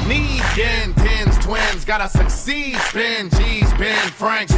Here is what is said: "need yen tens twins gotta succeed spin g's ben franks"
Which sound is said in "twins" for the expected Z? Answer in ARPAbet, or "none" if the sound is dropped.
Z